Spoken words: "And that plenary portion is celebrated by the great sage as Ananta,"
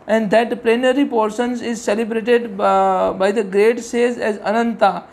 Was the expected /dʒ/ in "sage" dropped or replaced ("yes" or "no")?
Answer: yes